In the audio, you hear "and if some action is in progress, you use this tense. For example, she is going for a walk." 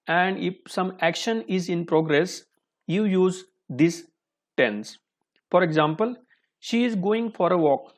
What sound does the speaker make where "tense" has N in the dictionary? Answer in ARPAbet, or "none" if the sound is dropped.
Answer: N